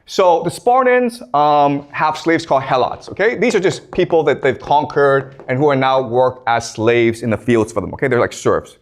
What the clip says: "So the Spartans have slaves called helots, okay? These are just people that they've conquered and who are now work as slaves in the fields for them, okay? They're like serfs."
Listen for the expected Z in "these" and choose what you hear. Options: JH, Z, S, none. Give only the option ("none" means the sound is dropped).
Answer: Z